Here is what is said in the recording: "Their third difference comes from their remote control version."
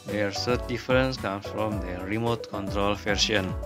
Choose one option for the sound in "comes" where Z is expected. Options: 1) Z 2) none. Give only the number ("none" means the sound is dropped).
2